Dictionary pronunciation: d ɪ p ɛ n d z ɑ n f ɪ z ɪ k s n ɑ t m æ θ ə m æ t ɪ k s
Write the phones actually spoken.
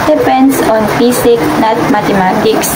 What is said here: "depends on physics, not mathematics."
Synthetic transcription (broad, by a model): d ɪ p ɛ n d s ɑ n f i s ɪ k n ɑ t m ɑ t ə m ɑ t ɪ k s